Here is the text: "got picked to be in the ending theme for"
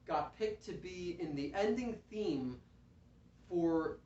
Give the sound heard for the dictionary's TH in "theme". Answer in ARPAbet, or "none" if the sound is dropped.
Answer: TH